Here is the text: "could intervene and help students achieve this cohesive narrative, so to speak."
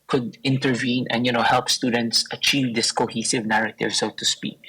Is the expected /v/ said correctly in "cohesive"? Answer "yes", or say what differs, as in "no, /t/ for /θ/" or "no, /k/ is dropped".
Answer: yes